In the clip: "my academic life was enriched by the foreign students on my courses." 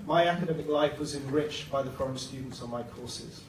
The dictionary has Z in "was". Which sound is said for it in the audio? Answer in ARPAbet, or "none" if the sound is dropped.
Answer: Z